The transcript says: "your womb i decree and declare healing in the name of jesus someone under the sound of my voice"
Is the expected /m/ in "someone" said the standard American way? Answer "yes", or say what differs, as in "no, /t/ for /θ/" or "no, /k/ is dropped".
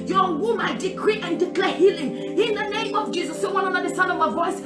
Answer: no, /m/ is dropped